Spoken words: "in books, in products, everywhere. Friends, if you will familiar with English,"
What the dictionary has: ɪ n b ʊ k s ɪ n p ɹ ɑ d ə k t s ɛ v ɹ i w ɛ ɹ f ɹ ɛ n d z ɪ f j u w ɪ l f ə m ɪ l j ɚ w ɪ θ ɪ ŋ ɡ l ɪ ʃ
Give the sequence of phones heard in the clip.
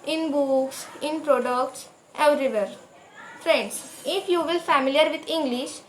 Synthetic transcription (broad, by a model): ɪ n b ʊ k s ɪ n p ɹ ɑ d ə k t s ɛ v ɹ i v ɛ ɹ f ɹ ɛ n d s ɪ f j u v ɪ l f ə m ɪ l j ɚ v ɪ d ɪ ŋ ɡ l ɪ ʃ